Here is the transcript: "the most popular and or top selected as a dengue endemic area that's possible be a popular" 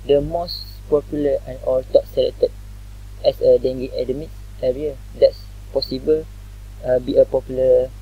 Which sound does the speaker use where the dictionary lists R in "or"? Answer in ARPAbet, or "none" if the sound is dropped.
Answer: L